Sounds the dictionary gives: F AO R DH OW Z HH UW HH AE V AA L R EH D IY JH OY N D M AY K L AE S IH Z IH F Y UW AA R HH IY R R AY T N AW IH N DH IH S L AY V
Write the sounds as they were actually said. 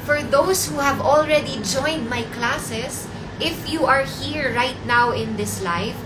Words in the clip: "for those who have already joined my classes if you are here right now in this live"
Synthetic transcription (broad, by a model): F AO R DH OW S HH UW HH AE V AA L R EH D IY JH OY N D M AY K L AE S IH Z IH F Y UW AA R HH IY R R AY T N AW IH N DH IH S L AY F